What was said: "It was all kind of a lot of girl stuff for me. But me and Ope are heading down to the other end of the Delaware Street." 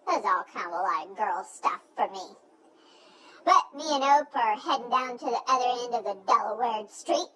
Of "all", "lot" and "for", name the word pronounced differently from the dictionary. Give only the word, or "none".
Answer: lot